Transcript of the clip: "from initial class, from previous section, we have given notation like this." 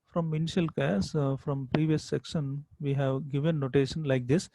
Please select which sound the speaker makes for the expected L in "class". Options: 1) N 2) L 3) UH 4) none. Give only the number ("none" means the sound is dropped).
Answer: 4